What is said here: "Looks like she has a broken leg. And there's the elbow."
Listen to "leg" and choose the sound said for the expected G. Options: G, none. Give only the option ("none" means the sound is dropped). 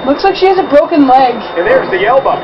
G